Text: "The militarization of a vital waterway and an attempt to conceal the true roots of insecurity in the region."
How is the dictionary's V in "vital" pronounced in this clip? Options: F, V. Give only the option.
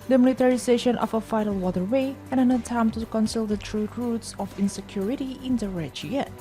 F